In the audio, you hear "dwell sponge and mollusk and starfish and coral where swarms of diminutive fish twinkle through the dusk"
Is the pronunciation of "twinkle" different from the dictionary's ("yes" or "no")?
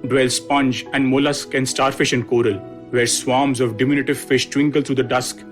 no